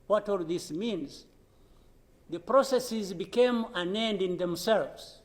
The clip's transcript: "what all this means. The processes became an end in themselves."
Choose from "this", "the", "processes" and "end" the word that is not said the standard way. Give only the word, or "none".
none